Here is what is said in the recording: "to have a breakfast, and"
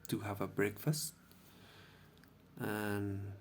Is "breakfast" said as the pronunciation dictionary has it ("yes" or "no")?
yes